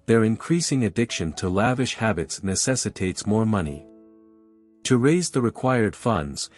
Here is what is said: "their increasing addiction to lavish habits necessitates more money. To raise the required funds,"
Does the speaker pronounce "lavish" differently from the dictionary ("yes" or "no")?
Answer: no